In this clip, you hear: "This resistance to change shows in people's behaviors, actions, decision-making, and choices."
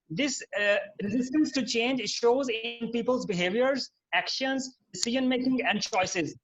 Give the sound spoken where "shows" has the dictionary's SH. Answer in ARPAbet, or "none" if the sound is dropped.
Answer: SH